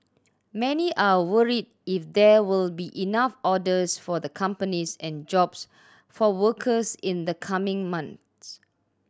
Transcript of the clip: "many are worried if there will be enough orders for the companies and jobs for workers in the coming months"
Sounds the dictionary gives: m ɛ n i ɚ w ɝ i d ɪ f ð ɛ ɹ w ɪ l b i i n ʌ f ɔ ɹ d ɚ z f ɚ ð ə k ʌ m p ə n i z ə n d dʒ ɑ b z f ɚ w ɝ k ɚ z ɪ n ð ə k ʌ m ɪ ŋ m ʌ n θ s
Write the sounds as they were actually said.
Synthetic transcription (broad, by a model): m ɛ n i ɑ w ɝ i d ɪ f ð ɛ w ɪ l b i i n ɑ f ɔ d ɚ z f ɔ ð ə k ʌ m p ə n i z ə n dʒ ɑ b s f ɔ w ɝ k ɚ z ɪ n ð ə k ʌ m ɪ ŋ m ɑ n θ s